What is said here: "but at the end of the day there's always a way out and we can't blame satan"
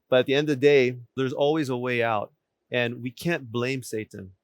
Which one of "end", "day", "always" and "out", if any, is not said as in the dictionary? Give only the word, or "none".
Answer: none